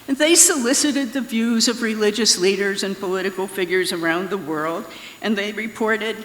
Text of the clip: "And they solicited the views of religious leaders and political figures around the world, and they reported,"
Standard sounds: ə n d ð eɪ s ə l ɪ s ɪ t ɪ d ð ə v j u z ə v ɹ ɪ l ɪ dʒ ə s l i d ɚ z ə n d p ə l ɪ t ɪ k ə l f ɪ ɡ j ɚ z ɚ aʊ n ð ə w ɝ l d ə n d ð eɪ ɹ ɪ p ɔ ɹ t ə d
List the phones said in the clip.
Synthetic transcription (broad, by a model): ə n ð eɪ s ə l ɪ s ɪ t ɪ d ð ə v j u z ə v ɹ ɪ l ɪ dʒ ə s l i d ɚ z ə n p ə l ɪ t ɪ k l f ɪ ɡ j ɚ z ɚ aʊ n ð ə w ɝ l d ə n ð eɪ ɹ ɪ p ɔ ɹ t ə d